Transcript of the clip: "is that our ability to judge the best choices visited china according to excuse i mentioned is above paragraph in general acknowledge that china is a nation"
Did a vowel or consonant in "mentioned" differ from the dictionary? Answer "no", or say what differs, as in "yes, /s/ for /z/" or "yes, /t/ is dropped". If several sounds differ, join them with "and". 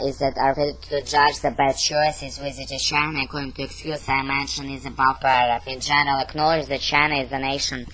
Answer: yes, /d/ is dropped